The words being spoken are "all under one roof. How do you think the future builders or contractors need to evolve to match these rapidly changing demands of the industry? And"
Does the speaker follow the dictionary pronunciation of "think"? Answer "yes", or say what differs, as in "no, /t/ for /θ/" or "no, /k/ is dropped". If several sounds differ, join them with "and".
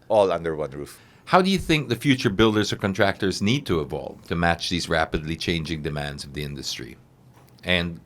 yes